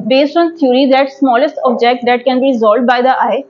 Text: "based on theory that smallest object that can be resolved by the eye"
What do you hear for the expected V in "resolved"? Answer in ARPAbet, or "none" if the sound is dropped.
none